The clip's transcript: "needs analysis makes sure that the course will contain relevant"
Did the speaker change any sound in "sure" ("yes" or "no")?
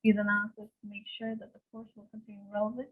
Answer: no